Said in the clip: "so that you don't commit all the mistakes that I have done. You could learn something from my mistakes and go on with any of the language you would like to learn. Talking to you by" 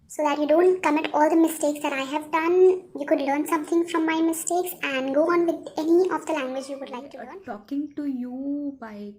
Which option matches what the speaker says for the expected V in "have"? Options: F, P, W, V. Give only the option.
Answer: V